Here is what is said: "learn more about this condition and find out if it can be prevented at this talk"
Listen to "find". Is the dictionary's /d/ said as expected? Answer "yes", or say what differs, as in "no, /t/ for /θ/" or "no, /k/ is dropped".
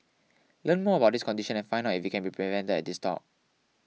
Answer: no, /d/ is dropped